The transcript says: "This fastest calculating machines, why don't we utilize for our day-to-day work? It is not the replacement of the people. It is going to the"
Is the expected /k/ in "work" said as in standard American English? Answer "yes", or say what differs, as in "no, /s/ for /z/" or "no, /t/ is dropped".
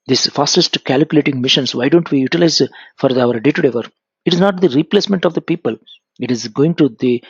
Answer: no, /k/ is dropped